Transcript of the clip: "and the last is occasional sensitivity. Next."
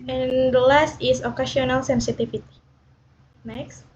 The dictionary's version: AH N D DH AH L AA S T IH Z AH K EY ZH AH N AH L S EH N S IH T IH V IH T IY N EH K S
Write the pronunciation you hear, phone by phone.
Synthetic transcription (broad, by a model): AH N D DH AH L AA S T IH S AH K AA S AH N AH L S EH N S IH T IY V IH T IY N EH K S